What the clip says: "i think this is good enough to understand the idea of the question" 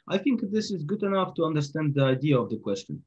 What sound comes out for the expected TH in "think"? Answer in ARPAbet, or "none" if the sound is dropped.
TH